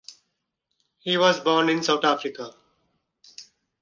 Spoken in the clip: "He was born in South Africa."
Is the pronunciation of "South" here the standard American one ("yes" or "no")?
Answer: no